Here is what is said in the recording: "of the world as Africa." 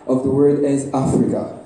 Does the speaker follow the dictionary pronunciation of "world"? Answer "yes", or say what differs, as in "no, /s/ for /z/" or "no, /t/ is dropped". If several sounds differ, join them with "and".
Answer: no, /l/ is dropped